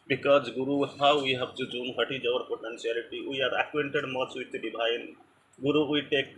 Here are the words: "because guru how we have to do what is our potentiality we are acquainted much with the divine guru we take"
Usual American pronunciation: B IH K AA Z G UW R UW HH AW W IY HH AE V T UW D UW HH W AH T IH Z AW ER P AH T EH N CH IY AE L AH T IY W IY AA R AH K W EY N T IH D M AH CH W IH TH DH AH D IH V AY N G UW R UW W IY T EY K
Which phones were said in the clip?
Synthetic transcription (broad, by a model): B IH K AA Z G UW R UW HH AW W IY HH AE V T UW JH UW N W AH T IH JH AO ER P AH T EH N S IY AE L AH T IY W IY AA R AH K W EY N T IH D M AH S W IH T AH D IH B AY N G UW R UW W IY T EY K